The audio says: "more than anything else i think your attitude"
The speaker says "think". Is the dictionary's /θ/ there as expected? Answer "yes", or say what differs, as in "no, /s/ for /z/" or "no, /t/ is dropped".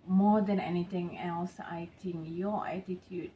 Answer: no, /t/ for /θ/